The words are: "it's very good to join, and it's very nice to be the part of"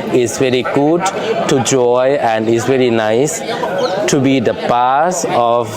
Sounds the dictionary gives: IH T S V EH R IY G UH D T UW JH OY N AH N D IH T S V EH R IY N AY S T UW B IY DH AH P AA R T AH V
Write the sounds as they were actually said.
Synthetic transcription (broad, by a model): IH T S V EH R IY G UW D T UW JH OY AH N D IH T S V EH R IY N AY S T UW B IY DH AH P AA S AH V